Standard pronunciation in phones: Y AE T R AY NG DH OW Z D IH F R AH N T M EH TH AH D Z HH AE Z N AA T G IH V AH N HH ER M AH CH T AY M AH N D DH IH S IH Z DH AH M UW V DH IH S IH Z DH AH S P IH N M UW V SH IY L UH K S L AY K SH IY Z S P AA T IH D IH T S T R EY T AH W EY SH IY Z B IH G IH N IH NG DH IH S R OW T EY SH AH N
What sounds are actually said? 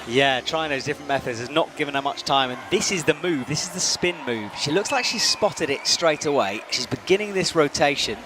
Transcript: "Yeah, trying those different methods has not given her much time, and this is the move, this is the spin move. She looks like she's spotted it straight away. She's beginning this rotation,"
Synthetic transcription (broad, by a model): Y AE T R AY NG DH OW Z D IH F R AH N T M EH TH AH D Z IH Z N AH T G IH V AH N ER M AH CH T AY M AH N DH IH S IH Z DH AH M UW V DH IH S IH Z DH AH S P IH N M UW V SH IY L UH K S L AY K SH IY Z S P AA T IH D IH T S T R EY T AH W EY SH IY Z B IH G IH N IH NG DH IH S R OW T EY SH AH N